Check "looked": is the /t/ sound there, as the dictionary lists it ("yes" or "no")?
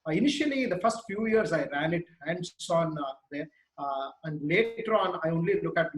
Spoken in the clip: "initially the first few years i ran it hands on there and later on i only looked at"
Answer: no